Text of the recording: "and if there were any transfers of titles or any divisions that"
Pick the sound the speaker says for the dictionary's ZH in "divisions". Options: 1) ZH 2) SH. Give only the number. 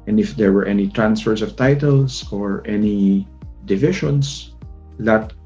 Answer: 2